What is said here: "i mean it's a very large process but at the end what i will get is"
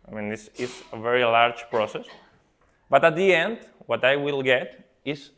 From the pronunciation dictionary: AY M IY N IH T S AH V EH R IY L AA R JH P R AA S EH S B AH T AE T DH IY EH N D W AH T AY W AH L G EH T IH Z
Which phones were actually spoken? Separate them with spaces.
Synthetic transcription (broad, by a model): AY M IY N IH S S AH V EH R IY L AA R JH P R AA S EH S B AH T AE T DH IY EH N D W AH T AY W AH L G EH T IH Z